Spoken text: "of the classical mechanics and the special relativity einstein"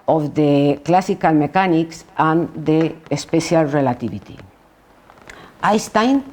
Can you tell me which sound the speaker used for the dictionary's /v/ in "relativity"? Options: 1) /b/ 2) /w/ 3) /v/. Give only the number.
1